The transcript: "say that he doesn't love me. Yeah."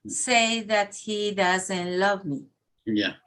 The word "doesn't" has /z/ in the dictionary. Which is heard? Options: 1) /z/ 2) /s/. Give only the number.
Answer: 1